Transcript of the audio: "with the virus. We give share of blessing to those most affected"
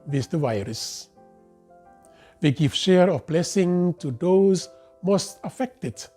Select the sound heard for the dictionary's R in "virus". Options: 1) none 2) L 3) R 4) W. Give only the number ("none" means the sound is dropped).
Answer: 3